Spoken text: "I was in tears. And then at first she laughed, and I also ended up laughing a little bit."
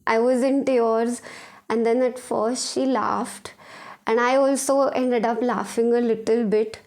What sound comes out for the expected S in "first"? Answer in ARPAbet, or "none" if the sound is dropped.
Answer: S